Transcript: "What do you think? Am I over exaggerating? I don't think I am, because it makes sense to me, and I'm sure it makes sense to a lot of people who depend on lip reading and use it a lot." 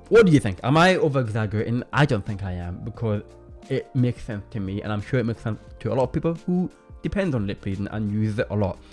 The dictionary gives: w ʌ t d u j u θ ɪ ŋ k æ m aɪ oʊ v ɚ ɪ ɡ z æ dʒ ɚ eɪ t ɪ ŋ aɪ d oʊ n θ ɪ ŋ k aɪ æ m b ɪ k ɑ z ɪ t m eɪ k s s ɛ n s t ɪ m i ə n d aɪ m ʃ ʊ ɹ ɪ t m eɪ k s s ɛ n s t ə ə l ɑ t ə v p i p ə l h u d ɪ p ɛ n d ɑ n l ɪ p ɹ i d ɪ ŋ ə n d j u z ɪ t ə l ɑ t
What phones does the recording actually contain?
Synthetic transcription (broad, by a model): w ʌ t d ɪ j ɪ θ ɪ ŋ k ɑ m aɪ oʊ v ɚ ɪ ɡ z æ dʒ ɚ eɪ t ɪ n aɪ d oʊ n θ ɪ ŋ k aɪ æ m b ɪ k ɑ z ɪ t m eɪ k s s ɛ n s t ɪ m i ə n aɪ m ʃ ʊ ɹ ɪ t m eɪ k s s ɛ n s t ə ə l ɑ t ə v p i p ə l h u d ɪ p ɛ n d n l ɪ p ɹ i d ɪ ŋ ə n j u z ɪ t ə l ɑ t